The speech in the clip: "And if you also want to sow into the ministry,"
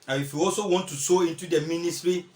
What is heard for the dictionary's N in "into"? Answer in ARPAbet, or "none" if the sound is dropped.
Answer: N